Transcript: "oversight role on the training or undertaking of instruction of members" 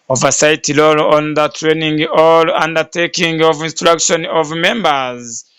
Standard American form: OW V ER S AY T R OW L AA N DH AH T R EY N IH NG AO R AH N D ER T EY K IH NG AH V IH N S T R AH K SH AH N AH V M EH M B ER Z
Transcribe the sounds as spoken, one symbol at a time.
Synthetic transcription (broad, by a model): OW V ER S AY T L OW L AA N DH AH T R EY N IH NG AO L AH N D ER T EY K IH NG AH V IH N S T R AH K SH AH N AH V M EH M B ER Z